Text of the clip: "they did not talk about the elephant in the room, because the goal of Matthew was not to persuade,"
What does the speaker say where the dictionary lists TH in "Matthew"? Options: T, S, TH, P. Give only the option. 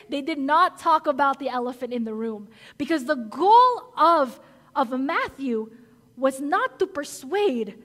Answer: TH